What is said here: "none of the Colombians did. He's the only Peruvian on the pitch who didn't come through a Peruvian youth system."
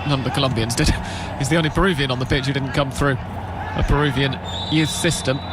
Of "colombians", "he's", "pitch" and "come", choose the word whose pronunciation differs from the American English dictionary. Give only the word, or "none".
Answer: none